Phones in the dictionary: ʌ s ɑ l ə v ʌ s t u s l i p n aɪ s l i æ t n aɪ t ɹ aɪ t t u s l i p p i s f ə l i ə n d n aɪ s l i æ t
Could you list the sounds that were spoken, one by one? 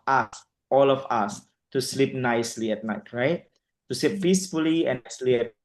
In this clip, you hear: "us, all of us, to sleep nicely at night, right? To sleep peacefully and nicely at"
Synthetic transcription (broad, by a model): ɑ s ɑ l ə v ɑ s t u s l i p n aɪ s l i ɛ t n aɪ t ɹ aɪ t t u s l i p p i s f ə l i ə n n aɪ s l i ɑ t